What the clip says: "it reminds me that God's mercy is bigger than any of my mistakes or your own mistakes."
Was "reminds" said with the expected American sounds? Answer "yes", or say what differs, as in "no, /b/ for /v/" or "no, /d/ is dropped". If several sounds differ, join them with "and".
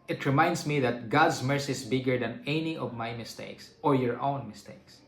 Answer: no, /s/ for /z/